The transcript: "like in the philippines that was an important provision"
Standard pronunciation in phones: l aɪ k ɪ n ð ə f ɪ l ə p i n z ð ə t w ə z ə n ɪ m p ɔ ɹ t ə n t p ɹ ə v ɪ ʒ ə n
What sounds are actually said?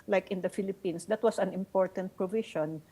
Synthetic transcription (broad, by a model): l aɪ k ɪ n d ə f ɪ l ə p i n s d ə t w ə s ə n ɪ m p ɔ ɹ t ə n t p ɹ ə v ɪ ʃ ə n